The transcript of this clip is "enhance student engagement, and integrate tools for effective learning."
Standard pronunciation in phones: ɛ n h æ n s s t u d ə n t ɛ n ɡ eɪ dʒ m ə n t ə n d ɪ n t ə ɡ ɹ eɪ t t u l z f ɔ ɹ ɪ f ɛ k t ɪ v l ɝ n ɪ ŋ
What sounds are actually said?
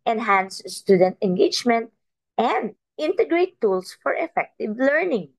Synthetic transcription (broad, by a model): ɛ n h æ n s s t u d ə n t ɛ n ɡ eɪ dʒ m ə n t ə n d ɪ n t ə ɡ ɹ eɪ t t u l s f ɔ ɹ ɪ f ɛ k t ɪ v l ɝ n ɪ ŋ